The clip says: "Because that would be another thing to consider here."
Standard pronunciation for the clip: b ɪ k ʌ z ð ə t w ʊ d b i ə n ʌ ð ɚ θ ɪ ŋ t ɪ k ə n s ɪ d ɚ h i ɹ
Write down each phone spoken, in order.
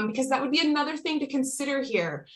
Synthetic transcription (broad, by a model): b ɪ k ʌ z ð ə t w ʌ d b i ə n ʌ ð ɚ θ ɪ ŋ t ɪ k n s ɪ d ɚ h i ɹ